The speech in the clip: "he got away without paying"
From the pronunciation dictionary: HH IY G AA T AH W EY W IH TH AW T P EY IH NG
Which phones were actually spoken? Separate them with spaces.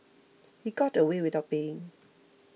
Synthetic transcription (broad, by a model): HH IY G AA T AH W EY W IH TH AW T B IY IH NG